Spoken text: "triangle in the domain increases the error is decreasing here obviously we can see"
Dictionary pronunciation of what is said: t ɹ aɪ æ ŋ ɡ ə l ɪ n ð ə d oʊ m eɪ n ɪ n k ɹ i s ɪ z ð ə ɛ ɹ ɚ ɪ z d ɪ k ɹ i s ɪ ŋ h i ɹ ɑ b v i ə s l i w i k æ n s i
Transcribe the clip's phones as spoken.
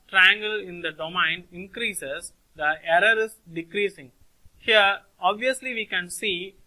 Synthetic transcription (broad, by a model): t ɹ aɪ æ ŋ ɡ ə l ɪ n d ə d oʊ m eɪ n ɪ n k ɹ i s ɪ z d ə ɛ ɹ ɚ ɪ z d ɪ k ɹ i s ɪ ŋ h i ɹ ɑ b v i ə s l i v i k æ n s i